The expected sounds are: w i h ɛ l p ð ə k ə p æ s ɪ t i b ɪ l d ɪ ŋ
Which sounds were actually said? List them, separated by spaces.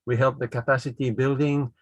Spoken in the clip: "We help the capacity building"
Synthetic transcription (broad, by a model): w i h ɛ l p ð ə k ə p æ s ɪ t i b ɪ l d ɪ ŋ